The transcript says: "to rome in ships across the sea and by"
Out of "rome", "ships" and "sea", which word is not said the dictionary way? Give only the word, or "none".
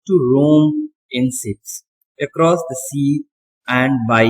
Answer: ships